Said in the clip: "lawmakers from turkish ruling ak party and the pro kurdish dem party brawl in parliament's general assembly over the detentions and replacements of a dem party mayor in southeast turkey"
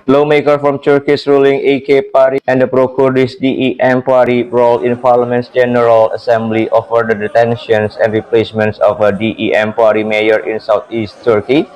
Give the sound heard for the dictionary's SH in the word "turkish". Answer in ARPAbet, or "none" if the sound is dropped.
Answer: S